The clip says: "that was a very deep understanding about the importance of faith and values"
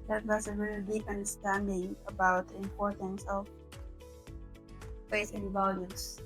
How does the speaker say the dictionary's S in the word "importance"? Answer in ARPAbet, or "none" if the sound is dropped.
S